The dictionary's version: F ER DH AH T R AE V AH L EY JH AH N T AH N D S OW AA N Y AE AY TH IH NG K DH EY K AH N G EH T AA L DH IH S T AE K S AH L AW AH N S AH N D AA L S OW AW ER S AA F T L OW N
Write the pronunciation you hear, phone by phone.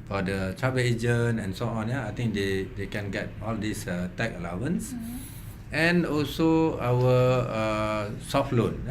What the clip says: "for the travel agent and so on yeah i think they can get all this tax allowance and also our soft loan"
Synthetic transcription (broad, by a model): F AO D AH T R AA B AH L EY JH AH N AH N S OW AA N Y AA AY T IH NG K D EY K AH N G EH T AA L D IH S T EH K AH L AW AH N S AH N AA L S OW AW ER S AA F T L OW N